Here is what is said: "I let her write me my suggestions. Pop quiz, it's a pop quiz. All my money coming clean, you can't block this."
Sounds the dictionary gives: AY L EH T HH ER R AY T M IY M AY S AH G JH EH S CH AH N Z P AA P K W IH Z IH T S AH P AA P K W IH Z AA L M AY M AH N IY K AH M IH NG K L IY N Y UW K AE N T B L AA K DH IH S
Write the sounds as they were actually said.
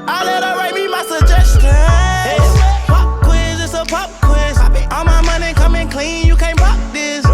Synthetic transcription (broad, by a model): AY L EH T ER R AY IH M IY M AY S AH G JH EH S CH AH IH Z P AA P K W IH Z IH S AH P AA P K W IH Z AA L M AY M AH N IY K AH M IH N K L IY N Y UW K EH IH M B AA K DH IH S